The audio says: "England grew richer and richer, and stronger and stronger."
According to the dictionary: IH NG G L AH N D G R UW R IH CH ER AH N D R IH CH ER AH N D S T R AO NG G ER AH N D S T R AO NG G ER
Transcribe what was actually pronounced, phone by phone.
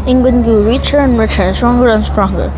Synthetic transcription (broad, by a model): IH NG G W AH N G UW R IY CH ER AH N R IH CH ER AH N S T R AO NG G ER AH N S T R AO NG G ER